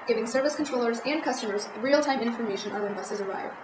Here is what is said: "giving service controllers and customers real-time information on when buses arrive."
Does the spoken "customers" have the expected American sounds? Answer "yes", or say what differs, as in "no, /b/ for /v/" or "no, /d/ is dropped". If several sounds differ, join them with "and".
yes